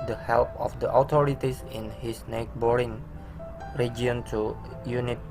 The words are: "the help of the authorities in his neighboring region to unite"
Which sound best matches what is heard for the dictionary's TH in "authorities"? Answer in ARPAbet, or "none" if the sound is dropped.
T